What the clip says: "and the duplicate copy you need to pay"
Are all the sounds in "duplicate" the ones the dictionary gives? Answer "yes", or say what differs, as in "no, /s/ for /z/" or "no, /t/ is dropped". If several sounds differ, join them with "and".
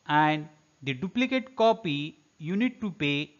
yes